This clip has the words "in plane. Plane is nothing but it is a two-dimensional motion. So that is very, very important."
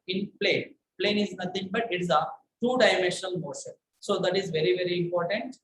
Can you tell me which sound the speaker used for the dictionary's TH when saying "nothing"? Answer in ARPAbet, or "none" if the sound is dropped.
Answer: T